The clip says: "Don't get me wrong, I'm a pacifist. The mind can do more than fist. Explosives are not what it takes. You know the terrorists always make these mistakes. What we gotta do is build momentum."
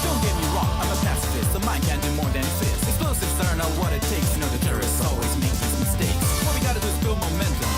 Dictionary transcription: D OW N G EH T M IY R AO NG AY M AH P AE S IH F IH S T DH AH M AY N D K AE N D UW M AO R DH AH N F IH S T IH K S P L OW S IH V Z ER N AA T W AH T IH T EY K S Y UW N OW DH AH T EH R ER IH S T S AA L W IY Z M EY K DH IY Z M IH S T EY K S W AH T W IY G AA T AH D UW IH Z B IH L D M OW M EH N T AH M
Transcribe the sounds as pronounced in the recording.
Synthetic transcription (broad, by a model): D OW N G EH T M IY R AO NG AY M AH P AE S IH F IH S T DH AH M AY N K AE N D UW M AO R DH AH N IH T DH IH S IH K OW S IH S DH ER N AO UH W AH T IH T EY K S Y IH N OW DH AH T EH R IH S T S AA L W IY Z M EY K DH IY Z M IH S T EY K S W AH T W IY G AA T AH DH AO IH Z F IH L M OW M EH N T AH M